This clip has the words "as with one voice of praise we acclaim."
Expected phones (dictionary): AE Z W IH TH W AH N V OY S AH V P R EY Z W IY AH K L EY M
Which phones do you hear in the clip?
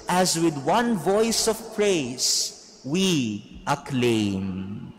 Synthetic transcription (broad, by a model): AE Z W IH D W AH N V OY S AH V P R EY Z W IY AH K L EY M